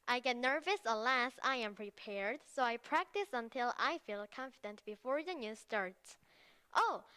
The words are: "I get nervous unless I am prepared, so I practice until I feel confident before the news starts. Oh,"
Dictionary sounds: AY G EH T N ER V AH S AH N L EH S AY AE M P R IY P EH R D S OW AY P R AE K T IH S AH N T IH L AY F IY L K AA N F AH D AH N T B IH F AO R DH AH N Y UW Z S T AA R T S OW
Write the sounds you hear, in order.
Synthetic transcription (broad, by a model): AY G EH T N ER V AH S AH L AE S AY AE M P R IY P EH R D S OW AY P R AE K T IH S AH N T IH L AY F IY L K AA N F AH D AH N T B IH F AO R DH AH N Y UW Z S T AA R T S OW